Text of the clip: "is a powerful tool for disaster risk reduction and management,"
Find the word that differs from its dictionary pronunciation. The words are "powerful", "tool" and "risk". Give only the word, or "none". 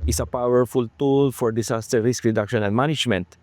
none